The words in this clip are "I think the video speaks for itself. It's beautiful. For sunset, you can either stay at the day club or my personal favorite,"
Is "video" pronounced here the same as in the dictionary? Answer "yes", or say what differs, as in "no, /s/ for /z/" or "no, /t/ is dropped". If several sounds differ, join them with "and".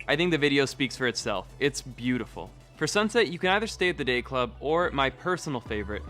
yes